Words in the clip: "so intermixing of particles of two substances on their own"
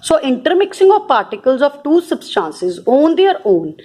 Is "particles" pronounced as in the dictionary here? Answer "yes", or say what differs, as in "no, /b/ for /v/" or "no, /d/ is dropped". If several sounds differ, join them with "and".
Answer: yes